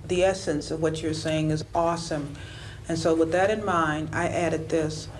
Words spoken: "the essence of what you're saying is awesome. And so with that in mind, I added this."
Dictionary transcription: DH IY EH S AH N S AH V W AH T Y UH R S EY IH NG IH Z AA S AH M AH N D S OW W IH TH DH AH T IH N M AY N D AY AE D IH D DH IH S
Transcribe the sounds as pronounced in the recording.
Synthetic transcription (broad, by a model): DH IY EH S AH N S AH V W AH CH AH R S EY IH NG IH Z AA S AH M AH N S OW W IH DH AH T IH N M AY N AY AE D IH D DH IH S